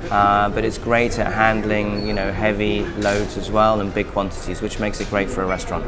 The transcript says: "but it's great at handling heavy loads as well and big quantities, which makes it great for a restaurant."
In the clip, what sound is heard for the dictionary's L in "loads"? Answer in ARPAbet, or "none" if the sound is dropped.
L